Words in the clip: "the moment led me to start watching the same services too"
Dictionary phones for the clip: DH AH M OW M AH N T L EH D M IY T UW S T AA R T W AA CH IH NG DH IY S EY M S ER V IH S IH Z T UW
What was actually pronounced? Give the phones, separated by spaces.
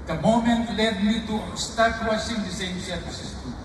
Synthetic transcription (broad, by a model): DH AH M OW M AH N T L EH D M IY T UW S T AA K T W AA S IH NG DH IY S EY M S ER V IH S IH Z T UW